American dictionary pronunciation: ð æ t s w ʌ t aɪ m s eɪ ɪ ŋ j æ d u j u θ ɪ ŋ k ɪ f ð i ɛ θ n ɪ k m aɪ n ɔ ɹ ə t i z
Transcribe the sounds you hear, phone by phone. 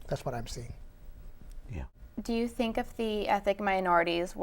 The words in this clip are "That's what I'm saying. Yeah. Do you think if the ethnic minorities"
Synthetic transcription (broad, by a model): ð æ t s w ʌ t aɪ m s eɪ ɪ ŋ j æ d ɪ j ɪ θ ɪ ŋ k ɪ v ð i ɛ θ ɪ k m aɪ n ɔ ɹ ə t i z